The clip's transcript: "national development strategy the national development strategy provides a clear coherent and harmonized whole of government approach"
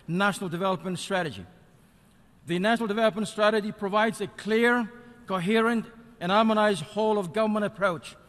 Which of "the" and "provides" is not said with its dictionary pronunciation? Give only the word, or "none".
none